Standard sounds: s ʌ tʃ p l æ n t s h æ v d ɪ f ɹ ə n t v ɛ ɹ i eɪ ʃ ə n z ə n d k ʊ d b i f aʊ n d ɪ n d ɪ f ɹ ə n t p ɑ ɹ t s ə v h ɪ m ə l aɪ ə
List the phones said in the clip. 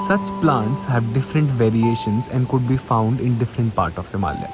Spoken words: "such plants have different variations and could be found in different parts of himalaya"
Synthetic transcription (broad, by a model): s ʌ tʃ p l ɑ n t s h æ v d ɪ f ɹ ə n t v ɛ ɹ i eɪ ʃ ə n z ə n d k ʊ d b i f aʊ n d ɪ n d ɪ f ɹ ə n t p ɑ ɹ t ə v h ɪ m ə l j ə